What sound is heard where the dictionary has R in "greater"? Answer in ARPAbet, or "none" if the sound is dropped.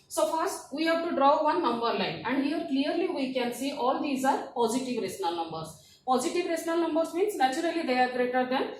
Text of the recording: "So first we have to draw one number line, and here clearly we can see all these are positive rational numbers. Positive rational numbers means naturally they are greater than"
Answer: R